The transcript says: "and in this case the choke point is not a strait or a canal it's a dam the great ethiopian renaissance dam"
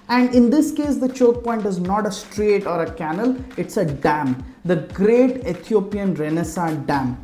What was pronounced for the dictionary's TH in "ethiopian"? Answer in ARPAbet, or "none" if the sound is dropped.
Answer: T